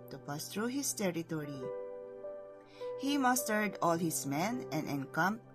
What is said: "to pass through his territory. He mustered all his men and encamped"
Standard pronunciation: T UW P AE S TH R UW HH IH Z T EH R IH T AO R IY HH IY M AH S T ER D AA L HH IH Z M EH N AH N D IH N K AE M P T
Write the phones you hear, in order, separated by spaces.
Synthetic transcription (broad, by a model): T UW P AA S T R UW HH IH S T EH R IH T AO R IY HH IY M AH S T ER D AA L HH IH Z M EH N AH N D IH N K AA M